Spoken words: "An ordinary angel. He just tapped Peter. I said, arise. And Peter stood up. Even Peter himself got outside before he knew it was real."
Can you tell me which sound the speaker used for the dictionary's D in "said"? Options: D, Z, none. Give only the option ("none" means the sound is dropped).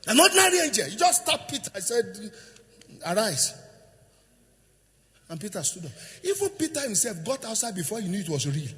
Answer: D